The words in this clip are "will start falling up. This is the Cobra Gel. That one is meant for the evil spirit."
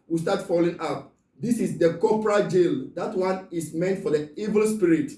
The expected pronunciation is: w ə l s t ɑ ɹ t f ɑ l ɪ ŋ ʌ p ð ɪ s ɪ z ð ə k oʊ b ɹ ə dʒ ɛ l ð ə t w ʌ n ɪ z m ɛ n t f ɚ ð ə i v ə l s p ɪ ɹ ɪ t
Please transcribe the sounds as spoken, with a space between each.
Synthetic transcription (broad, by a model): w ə s t ɑ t f ɑ l ɪ ŋ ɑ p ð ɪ s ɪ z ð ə k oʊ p ɹ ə dʒ ɛ l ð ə t w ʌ n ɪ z m ɛ n t f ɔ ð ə i v ə l s p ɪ ɹ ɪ t